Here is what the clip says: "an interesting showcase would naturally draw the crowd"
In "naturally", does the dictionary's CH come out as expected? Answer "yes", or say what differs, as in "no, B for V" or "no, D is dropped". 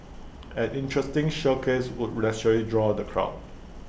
no, S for CH